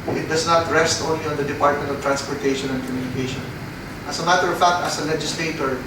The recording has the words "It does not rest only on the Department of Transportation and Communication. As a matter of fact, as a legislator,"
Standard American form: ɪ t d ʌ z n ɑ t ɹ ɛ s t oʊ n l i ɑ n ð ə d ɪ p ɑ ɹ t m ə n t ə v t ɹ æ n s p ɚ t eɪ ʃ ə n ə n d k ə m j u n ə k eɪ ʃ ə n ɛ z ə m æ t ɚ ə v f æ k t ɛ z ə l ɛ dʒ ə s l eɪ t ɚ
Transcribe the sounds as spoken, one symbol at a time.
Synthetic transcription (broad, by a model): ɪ t d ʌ s n ɑ t ɹ ɛ s t oʊ n l i ɑ n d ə d ɪ p ɑ ɹ t m ə n t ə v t ɹ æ n s p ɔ t eɪ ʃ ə n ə n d k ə m j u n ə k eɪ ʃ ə n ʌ s ə m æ t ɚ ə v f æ k t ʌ s ə l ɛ dʒ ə s l eɪ t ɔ